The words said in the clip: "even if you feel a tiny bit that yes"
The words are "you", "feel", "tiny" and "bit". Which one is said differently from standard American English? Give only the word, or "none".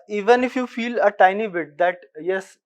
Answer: none